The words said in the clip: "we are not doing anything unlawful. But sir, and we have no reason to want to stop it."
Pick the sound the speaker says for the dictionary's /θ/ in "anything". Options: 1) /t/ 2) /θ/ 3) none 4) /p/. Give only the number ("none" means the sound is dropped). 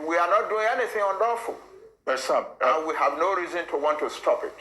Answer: 2